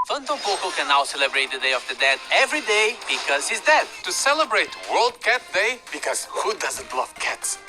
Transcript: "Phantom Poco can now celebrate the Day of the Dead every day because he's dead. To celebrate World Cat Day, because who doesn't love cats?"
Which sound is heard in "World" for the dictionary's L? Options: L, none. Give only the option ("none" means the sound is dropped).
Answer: L